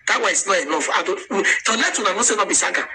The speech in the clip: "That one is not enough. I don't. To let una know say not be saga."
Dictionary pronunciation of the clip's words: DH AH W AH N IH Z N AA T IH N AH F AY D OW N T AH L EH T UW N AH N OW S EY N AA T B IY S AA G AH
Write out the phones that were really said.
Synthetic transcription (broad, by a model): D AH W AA IH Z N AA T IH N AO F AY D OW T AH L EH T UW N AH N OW S EY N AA B IY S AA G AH